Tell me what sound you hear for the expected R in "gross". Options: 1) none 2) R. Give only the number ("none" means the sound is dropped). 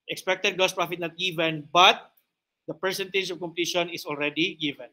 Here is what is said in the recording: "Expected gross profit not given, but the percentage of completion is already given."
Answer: 1